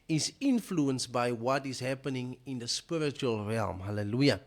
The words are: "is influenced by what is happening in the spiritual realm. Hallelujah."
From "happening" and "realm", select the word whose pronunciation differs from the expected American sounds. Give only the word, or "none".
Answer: none